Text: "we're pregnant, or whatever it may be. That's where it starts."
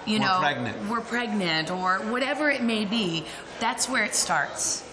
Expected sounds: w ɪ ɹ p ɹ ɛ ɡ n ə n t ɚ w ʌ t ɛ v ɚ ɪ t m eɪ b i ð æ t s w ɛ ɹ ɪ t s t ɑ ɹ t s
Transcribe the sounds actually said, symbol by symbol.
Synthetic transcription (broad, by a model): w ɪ ɹ p ɹ ɛ ɡ n ə n t ɚ w ʌ t ɛ v ɚ ɪ t m eɪ b i ð æ t s w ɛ ɹ ɪ t s t ɑ ɹ t s